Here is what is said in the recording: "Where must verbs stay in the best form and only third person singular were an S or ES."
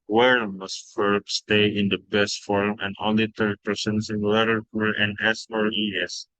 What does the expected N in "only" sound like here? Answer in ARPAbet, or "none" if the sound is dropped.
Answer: none